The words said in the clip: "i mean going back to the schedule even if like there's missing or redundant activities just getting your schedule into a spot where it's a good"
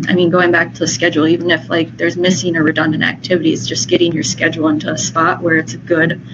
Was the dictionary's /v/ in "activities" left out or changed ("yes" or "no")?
no